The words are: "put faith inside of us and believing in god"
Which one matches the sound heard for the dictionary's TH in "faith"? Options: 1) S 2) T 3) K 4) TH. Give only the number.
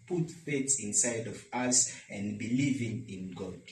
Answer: 1